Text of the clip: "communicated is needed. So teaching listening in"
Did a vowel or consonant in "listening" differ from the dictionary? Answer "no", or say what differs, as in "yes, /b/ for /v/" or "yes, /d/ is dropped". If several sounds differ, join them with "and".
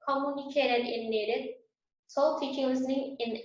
no